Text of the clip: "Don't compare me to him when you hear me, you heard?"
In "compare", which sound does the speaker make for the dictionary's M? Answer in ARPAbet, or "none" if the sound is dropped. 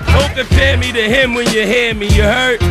none